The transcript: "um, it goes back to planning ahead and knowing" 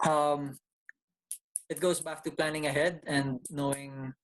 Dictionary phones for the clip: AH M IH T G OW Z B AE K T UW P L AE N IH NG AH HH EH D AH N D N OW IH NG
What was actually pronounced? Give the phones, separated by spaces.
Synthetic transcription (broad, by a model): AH M IH T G OW S B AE K T UW P L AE N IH NG AH HH EH D AH N D N OW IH NG